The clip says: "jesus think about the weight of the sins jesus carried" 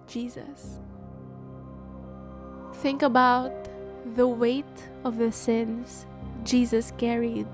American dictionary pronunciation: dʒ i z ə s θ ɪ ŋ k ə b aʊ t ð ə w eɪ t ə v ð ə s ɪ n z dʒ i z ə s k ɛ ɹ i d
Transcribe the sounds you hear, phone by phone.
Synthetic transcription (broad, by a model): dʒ i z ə s θ ɪ ŋ k ə b aʊ t ð ə w eɪ t ə v ð ə s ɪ n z dʒ i z ə s k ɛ ɹ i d